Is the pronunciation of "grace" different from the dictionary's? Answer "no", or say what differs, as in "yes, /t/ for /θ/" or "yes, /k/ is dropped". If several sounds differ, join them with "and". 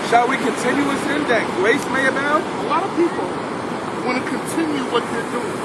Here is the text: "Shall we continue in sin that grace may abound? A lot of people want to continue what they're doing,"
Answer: no